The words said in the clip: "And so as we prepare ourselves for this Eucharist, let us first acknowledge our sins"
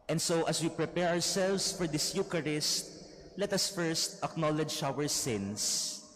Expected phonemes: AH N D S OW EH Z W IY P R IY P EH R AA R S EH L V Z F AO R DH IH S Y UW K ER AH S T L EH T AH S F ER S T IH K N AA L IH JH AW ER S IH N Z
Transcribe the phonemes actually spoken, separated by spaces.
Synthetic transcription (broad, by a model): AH N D S OW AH S W IY P R IY P EH R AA R S EH L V S F AO R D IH S Y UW K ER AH S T L EH T AH S F ER S T IH K N AA L IH JH AW ER S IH N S